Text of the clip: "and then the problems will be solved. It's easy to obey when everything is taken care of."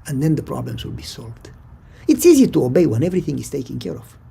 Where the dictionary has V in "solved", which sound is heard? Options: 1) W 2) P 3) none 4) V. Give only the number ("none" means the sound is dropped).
4